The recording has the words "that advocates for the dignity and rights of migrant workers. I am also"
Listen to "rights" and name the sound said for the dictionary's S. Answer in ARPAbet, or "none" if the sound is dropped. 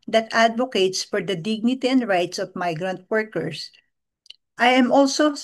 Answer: S